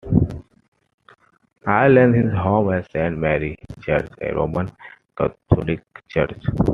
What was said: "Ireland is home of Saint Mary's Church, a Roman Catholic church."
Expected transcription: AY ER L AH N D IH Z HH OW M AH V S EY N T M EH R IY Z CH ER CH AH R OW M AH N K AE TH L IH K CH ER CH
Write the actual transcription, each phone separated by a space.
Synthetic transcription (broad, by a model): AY L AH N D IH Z HH OW M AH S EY N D M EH R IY CH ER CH AH R OW M AH N K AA T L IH K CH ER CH